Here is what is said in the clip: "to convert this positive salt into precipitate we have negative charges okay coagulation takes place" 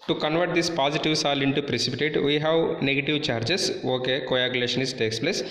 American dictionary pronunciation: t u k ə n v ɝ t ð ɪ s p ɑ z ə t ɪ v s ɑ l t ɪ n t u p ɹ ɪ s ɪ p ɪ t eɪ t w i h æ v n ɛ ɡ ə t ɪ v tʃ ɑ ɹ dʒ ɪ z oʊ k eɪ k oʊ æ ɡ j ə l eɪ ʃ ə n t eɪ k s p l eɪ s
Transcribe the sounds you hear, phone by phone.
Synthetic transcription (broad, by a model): t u k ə n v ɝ t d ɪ s p ɑ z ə t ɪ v s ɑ l ɪ n t u p ɹ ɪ s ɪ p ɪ t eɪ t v i h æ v n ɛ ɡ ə t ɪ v tʃ ɑ ɹ dʒ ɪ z oʊ k eɪ k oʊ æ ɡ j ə l eɪ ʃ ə n t eɪ k s p l eɪ s